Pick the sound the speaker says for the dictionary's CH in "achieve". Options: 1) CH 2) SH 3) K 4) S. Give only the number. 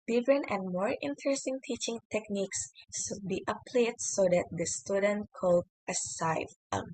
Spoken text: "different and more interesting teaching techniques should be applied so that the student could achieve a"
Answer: 4